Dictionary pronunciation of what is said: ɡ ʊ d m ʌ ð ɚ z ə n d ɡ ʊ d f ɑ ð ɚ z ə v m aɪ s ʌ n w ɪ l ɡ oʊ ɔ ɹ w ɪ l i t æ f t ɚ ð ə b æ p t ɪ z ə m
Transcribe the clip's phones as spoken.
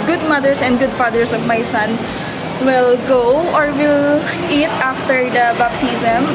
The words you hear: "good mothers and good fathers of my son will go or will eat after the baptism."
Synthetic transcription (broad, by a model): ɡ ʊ d m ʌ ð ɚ s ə n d ɡ ʊ d f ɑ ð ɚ s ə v m aɪ s ʌ n w ɪ l ɡ oʊ ɔ ɹ w ɪ l i t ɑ f t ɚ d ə b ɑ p t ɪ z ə m